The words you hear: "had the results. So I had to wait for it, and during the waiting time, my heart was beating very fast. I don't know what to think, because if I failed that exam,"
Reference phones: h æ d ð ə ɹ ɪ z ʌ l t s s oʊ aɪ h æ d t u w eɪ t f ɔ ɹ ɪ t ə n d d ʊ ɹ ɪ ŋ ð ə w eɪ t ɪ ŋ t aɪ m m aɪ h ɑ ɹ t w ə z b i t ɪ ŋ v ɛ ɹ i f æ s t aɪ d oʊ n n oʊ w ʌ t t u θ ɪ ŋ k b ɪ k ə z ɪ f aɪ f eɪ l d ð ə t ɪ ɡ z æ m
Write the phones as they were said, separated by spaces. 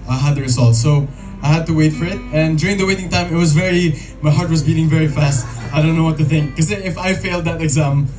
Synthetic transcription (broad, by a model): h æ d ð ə ɹ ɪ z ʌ l t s s oʊ aɪ h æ d t u w eɪ t f ɔ ɹ ɪ t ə n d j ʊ ɹ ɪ ŋ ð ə w eɪ t ɪ ŋ t aɪ m m aɪ h ɑ ɹ t w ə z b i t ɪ ŋ v ɛ ɹ i f æ s t aɪ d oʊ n n oʊ w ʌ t t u θ ɪ ŋ k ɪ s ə ɪ f aɪ f eɪ l d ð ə t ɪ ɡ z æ m